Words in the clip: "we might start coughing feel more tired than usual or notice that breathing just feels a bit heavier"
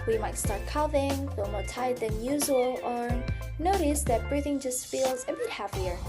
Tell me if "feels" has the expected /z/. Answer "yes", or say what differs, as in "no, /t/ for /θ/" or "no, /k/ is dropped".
yes